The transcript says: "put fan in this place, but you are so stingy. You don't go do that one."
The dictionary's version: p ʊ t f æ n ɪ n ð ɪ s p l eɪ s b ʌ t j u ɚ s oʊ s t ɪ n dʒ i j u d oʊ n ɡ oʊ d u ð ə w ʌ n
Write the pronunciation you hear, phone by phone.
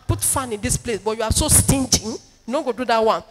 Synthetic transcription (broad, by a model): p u t f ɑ n ɪ n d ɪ s p l eɪ s b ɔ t j u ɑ s oʊ s t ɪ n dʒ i j u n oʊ ɡ oʊ d u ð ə w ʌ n